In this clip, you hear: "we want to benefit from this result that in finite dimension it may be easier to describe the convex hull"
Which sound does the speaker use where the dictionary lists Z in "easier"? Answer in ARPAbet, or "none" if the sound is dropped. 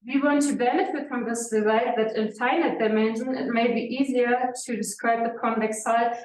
Z